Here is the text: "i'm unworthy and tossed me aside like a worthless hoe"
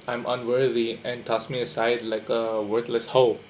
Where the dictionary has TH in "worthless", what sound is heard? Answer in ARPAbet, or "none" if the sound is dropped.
T